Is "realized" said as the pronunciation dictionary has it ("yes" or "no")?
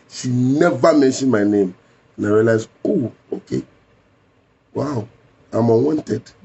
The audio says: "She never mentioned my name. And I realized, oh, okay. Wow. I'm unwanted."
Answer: no